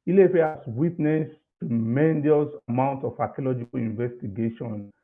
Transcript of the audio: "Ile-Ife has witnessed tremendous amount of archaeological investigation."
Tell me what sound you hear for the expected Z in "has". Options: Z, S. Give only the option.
S